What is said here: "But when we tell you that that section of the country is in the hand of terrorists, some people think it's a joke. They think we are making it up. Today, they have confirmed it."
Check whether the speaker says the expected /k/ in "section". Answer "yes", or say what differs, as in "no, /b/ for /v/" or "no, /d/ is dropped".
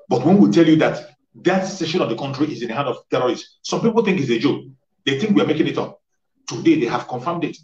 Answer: no, /k/ is dropped